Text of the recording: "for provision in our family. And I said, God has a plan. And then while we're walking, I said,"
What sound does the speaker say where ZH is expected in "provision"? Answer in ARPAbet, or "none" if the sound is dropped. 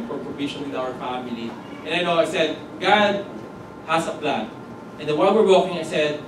SH